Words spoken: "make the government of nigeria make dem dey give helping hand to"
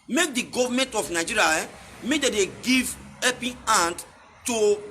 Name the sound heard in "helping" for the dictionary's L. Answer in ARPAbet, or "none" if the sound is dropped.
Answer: none